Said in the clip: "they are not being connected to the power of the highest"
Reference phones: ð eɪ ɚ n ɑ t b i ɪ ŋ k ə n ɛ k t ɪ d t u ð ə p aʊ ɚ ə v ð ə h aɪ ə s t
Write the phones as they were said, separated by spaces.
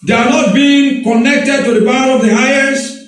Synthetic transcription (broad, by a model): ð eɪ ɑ n ɑ t b i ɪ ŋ k ə n ɛ k t ɪ d t u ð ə b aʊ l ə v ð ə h aɪ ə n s